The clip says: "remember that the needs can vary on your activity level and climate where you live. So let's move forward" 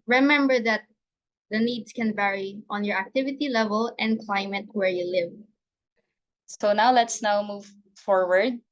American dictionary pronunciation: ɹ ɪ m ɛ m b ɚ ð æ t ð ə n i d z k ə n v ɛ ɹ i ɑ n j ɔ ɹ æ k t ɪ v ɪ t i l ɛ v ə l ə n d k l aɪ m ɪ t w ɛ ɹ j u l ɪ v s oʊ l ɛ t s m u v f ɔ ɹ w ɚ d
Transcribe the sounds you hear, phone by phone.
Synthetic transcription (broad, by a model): ɹ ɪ m ɛ m b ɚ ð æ t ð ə n i d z k ə n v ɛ ɹ i ɑ n j ɔ ɹ æ k t ɪ v ɪ t i l ɛ v ə l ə n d k l aɪ m ɪ t w ɛ ɹ j u l ɪ v s oʊ l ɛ t s m u v f ɔ ɹ w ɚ d